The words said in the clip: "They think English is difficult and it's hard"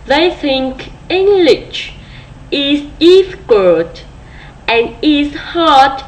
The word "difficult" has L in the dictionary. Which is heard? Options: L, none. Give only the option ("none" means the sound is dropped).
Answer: none